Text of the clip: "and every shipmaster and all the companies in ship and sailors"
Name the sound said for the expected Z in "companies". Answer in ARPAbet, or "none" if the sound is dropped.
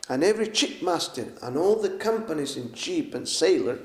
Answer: Z